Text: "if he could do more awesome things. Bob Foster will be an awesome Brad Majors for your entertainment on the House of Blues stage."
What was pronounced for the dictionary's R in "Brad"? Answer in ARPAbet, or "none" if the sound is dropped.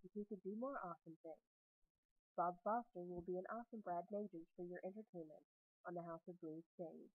R